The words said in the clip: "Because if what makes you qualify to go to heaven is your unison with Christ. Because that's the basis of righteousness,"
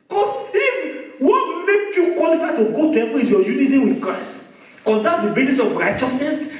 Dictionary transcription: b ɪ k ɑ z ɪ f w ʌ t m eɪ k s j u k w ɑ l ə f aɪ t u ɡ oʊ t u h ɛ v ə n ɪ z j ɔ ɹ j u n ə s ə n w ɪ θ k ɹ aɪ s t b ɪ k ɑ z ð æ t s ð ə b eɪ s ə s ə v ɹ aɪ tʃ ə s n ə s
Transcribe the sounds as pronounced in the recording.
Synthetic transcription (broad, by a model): k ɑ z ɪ w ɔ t m eɪ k j u k w ɑ l ə f aɪ t u ɡ oʊ t u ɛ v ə ɪ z j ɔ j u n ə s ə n w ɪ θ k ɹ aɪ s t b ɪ k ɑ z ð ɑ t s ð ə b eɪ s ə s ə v ɹ aɪ tʃ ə s n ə s